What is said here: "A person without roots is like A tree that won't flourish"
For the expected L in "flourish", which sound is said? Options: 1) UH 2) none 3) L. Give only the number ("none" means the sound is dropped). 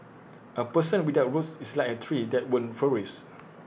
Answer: 2